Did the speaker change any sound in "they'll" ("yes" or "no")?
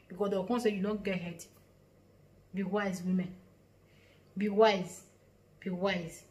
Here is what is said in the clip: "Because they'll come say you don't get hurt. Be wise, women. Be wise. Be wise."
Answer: yes